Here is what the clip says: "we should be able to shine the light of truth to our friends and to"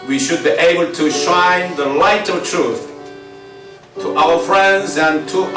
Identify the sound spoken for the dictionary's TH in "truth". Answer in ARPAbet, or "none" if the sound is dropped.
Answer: TH